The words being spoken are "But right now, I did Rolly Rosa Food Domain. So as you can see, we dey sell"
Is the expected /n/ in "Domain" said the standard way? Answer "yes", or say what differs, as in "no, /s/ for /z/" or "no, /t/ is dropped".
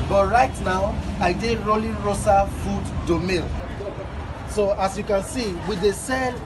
no, /l/ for /n/